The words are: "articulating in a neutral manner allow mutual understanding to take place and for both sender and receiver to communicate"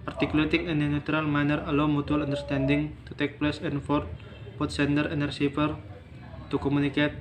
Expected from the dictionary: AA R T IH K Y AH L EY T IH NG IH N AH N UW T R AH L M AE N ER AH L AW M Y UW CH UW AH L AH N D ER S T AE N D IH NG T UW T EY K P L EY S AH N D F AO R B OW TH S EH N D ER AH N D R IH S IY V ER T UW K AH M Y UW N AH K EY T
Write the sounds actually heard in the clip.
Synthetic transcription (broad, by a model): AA R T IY K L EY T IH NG IH N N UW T R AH L M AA N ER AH L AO M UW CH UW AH L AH N D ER S T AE N D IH NG T UW T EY K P L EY S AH N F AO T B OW T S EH N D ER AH N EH R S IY P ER T UW K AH M UW N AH K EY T